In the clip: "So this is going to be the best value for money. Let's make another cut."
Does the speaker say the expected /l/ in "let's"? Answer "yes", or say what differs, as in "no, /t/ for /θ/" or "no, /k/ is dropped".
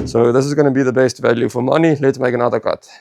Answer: yes